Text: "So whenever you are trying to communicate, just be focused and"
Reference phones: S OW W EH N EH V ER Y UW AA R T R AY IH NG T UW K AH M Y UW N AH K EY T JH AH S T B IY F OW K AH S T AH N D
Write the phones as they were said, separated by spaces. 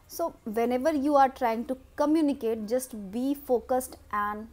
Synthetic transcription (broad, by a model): S OW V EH N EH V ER Y UW AA R T R AY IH NG T UW K AH M Y UW N AH K EY T JH AH S T B IY F OW K AH S T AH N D